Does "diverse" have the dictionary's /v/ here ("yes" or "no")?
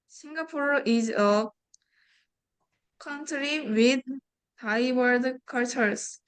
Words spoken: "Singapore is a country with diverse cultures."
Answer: no